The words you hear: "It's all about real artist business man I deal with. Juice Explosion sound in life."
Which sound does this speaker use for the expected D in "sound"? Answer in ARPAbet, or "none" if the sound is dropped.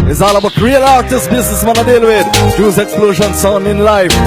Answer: none